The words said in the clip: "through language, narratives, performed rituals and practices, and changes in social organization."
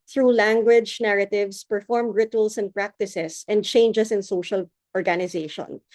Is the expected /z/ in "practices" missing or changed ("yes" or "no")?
yes